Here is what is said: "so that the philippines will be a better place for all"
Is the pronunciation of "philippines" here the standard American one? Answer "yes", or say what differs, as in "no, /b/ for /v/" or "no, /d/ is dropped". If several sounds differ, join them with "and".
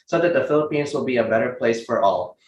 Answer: yes